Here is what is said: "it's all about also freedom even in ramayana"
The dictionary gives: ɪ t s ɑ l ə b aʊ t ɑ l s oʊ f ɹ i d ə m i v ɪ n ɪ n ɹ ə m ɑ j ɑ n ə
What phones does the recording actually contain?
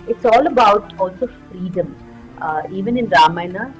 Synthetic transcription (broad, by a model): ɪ t s ɑ l ə b aʊ t ɑ l s oʊ f ɹ i d ə m i v ɪ n ɪ n ɹ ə m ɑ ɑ n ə